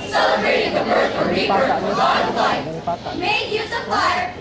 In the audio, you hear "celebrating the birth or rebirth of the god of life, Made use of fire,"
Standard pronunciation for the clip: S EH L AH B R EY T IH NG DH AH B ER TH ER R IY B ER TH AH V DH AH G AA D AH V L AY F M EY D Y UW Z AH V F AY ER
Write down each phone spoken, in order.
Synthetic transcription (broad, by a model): S EH L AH B R EY T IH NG DH AH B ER S ER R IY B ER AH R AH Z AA AH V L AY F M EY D Y UW Z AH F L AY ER